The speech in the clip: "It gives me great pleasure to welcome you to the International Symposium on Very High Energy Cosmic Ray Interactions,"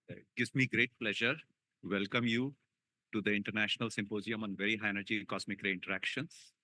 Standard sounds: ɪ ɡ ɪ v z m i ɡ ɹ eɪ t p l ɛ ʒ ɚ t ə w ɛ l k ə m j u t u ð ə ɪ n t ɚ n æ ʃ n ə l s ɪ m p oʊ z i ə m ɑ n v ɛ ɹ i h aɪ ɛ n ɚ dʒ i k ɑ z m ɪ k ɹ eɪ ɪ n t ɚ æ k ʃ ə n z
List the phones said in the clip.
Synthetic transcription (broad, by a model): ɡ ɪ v m i ɡ ɹ eɪ t p l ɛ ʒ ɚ t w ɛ l k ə m j u t u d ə ɪ n t ɚ n æ ʃ n ə l s ɪ m p oʊ z i ə m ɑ n v ɛ ɹ i h aɪ ɛ n ɚ dʒ i k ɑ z m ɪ k ɹ eɪ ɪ n t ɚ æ k ʃ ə n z